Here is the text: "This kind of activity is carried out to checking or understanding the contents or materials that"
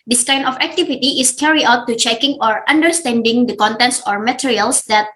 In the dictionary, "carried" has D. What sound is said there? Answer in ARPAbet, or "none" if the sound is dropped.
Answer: none